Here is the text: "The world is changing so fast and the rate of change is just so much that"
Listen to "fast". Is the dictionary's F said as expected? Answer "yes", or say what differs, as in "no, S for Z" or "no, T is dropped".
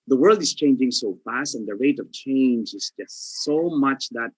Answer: yes